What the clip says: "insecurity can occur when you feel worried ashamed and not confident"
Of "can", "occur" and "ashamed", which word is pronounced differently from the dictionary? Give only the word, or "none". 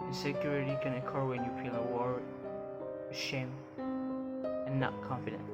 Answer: ashamed